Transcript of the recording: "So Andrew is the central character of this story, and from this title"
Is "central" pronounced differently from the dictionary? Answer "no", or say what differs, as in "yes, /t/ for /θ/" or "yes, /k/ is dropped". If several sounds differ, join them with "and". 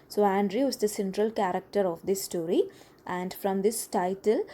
no